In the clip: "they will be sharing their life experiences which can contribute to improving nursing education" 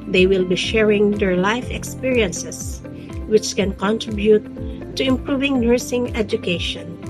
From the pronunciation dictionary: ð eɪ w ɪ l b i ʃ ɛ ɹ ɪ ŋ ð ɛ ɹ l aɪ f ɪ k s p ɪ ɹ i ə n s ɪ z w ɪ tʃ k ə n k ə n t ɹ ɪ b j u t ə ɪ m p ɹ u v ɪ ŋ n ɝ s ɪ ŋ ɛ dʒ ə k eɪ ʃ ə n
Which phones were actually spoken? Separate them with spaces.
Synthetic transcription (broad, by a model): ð eɪ w ɪ l b i ʃ ɛ ɹ ɪ ŋ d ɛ ɹ l aɪ f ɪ k s p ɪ ɹ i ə n s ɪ s w ɪ tʃ k ə n k ə n t ɹ ɪ b j u t ə ɪ m p ɹ u v ɪ ŋ n ɝ s ɪ ŋ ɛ dʒ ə k eɪ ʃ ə n